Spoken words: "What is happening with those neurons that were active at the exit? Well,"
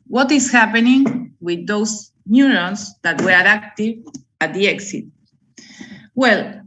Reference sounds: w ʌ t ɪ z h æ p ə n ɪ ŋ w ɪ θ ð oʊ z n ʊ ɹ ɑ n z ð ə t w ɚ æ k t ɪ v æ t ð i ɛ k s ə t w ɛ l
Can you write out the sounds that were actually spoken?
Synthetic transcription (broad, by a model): w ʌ t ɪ s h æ p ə n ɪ ŋ w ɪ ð oʊ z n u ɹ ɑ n s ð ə t w ɚ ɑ k t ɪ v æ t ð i ɛ k s ə t w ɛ l